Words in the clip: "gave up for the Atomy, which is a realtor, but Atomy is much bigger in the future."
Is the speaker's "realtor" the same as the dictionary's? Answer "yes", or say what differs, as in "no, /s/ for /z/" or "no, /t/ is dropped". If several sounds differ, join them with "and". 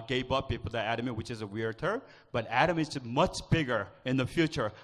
no, /w/ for /ɹ/